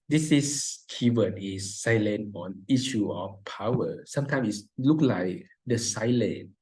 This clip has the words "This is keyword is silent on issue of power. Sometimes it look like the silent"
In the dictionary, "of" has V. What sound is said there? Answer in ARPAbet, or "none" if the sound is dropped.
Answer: F